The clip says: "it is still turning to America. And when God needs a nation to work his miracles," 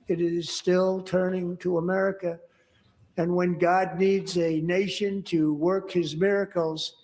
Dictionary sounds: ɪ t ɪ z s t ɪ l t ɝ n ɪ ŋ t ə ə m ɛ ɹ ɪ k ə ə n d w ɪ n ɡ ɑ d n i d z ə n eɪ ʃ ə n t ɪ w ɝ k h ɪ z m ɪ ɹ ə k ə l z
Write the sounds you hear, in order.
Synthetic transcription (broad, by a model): ɪ t ɪ z s t ɪ l t ɝ n ɪ ŋ t ə ə m ɛ ɹ ɪ k ə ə n w ɪ n ɡ ɑ d n i d z ə n eɪ ʃ ə n t ɪ w ɝ k h ɪ z m ɪ ɹ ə k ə l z